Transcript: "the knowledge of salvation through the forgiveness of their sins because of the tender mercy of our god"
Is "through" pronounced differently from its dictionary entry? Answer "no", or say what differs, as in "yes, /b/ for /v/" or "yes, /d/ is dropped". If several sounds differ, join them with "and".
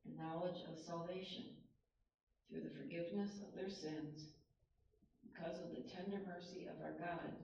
no